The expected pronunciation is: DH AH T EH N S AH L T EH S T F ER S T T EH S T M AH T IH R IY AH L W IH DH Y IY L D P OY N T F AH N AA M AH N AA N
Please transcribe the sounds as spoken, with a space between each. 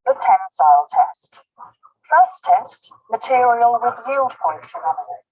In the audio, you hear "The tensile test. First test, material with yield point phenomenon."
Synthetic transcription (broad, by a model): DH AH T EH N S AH L T EH S T F ER S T T EH S T M AH T IH R IY AH L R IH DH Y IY L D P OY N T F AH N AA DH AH